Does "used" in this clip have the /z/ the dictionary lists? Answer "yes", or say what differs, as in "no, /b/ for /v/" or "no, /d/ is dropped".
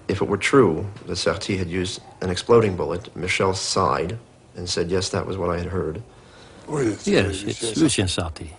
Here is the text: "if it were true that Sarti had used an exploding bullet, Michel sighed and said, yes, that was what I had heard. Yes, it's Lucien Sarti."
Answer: yes